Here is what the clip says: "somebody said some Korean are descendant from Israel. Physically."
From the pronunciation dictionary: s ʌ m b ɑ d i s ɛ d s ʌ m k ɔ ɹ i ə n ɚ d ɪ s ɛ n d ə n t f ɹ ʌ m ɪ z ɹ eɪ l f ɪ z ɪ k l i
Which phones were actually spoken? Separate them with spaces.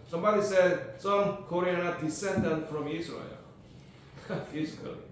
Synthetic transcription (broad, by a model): s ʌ m b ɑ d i s ɛ d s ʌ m k ɔ ɹ i ə n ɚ d ɪ s ɛ n d ə n t f ɹ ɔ m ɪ s ɹ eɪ l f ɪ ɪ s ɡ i